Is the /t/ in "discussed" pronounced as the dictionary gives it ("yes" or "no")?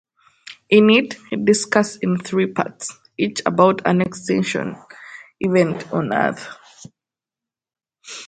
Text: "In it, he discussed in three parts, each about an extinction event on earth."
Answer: no